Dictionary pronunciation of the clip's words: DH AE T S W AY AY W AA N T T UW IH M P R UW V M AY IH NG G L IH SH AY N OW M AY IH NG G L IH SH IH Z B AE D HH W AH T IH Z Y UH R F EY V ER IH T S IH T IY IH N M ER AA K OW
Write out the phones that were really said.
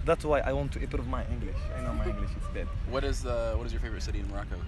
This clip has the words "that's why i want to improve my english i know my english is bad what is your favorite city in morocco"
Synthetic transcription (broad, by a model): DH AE T S W AY AY W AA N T T UW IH P R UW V M AY IH NG G L IH SH AY N OW M AY IH NG G L IH SH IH S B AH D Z W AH T IH Z Y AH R F EY V ER IH T S IH T IY IH N M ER AA K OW